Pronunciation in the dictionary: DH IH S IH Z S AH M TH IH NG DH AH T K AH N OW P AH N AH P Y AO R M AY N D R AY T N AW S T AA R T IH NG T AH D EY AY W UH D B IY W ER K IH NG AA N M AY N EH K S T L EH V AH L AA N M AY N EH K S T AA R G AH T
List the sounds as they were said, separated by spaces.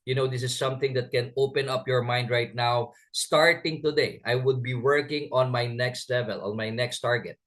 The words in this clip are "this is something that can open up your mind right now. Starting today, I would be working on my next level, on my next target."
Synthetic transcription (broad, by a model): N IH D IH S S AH M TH IH NG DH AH T K AH N OW P AH N AH P Y AO R M AY N D R AY T N AW S T AA R T IH NG T AH D EY AY W UH D B IY W ER K IH NG AA N M AY N EH K S T L EH V AH L AA N M AY N EH K S T AA R G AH T